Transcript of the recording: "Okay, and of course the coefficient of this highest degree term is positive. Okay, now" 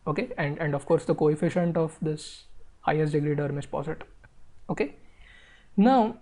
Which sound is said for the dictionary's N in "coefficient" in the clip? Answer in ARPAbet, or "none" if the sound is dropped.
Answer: N